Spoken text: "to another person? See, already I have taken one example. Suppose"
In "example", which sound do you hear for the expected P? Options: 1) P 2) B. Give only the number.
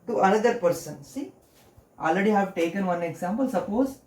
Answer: 1